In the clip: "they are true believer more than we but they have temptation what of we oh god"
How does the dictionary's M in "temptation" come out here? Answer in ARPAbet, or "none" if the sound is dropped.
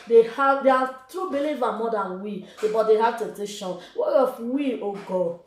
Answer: none